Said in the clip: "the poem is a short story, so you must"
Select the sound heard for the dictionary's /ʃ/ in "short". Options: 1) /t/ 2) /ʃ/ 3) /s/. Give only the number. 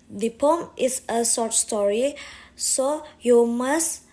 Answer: 3